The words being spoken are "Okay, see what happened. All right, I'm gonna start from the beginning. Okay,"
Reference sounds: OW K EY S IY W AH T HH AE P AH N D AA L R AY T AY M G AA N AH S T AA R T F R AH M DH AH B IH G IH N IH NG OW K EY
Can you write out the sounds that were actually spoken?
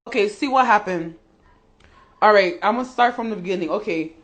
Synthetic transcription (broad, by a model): OW K EY S IY W AH T HH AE P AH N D AA L R AY T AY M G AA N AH S T AA R T F R AH M DH AH B IH G IH N IH NG OW K EY